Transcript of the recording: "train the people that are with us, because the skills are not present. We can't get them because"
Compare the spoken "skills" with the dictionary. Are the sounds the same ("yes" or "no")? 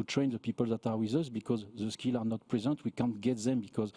no